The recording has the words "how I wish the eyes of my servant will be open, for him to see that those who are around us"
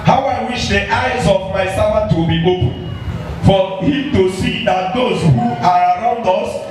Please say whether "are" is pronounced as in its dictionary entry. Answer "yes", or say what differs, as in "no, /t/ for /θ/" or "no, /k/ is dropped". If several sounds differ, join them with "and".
yes